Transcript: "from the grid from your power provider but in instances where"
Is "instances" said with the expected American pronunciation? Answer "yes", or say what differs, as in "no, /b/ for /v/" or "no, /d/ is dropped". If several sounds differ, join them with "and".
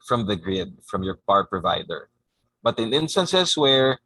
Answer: no, /s/ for /z/